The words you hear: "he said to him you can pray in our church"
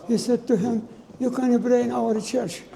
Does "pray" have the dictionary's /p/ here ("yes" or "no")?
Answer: no